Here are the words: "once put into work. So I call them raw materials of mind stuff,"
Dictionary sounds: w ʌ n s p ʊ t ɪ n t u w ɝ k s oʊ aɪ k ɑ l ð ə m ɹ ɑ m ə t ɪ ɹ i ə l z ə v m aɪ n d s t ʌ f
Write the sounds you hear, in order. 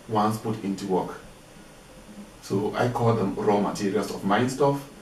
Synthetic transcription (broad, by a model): w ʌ n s p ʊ t ɪ n t u w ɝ k s oʊ aɪ k ɑ l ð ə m ɹ ɑ m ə t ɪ ɹ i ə l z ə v m aɪ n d s t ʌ f